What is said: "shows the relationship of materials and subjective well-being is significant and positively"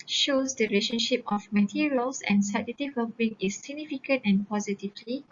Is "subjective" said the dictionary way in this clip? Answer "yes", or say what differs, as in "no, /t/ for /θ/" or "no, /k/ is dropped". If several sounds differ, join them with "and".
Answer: no, /k/ is dropped